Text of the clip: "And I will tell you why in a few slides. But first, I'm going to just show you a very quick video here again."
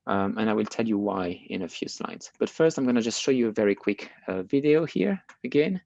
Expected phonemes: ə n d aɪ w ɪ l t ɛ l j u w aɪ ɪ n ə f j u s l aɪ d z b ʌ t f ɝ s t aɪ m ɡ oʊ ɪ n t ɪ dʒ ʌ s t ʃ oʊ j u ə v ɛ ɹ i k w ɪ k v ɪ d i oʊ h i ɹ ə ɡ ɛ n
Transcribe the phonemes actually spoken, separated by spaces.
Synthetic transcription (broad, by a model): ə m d aɪ w ɪ l t ɛ l j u w aɪ ɪ n ə f j u s l aɪ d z b ʌ t f ɝ s t aɪ m ɡ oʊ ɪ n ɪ dʒ ʌ s t ʃ oʊ j u ə v ɛ ɹ i k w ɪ k v ɪ d i oʊ h i ɹ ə ɡ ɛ n